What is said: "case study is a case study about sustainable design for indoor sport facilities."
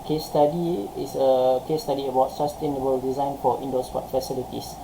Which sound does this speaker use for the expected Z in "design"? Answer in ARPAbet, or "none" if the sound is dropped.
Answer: Z